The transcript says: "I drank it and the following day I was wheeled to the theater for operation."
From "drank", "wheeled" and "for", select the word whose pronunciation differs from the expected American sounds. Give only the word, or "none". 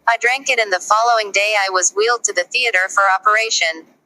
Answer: none